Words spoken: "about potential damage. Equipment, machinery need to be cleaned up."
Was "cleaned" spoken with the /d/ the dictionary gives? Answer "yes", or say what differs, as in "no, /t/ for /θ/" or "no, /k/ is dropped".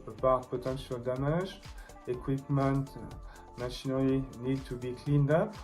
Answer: yes